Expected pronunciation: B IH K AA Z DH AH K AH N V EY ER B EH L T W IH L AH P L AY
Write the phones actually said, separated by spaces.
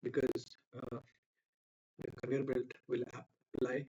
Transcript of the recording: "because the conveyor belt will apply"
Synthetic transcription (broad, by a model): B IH K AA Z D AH K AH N IY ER B EH L T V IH L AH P L AY